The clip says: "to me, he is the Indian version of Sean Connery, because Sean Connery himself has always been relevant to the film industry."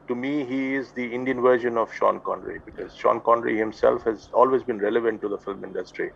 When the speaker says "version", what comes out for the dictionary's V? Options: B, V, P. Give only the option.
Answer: V